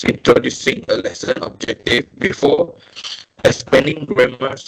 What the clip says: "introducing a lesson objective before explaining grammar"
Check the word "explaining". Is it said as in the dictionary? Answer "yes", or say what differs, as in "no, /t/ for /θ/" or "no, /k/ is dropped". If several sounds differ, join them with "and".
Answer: no, /l/ is dropped